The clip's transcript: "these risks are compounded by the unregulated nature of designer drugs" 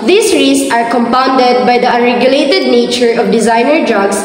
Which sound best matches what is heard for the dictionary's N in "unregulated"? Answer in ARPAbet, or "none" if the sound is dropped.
none